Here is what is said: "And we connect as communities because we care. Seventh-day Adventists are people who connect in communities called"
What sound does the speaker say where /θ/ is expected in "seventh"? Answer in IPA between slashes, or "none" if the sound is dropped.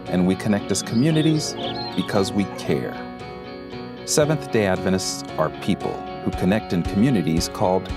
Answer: /θ/